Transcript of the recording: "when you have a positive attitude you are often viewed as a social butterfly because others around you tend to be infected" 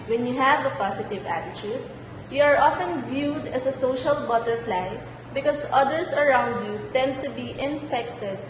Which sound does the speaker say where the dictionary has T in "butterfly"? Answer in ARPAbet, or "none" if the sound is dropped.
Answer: T